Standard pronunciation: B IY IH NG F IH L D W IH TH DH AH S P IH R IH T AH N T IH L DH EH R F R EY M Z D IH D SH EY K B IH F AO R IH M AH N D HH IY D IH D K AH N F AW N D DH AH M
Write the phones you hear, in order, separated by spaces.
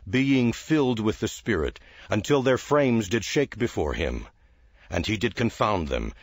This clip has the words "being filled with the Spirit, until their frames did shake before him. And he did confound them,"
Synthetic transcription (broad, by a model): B IY IH NG F IH L D W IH DH AH S P IH R IH T AH N T IH L DH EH R F R EY M Z D IH D SH EY K B IH F AO R IH M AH N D IY D IH D K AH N F AW N DH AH M